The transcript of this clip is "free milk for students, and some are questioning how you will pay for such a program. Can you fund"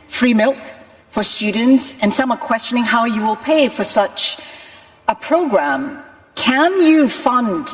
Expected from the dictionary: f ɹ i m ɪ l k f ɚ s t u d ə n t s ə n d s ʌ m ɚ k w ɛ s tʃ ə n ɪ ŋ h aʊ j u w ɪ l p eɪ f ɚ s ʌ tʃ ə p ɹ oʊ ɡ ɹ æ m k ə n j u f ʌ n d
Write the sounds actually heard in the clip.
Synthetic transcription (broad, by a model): f ɹ i m ɪ l k f ɚ s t u d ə n t s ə n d s ʌ m ɚ k w ɛ s tʃ ə n ɪ ŋ h aʊ j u w ɪ l p eɪ f ɚ s ʌ tʃ ə p ɹ oʊ ɡ ɹ æ m k ə n j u f ʌ n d